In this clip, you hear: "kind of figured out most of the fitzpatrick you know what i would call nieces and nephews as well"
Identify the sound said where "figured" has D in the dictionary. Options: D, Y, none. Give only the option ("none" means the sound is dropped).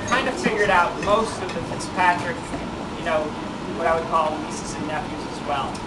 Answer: D